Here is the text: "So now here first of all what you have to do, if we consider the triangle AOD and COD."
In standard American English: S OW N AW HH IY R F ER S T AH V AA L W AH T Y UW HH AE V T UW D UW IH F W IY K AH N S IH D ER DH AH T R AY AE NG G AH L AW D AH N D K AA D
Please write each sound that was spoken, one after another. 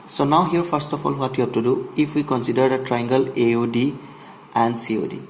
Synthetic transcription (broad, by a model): S OW N AW HH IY R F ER S T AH F AA L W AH T Y UW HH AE B T UW D UW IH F W IY K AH N S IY D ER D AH T R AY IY NG G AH L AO D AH N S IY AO D